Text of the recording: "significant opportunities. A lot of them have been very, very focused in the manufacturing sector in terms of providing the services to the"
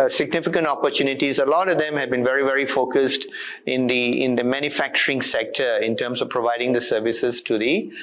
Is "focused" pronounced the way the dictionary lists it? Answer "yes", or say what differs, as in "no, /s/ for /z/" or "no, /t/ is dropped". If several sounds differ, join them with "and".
yes